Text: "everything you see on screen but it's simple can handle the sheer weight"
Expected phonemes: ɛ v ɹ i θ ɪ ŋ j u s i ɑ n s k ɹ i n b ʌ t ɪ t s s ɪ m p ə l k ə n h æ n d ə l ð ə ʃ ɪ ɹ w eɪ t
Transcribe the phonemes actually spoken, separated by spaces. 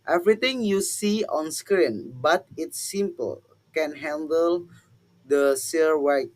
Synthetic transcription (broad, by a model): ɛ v ɹ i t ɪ ŋ j u s i ɑ n s k ɹ i n b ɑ t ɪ t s s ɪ m p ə l k ə n h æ n d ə l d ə s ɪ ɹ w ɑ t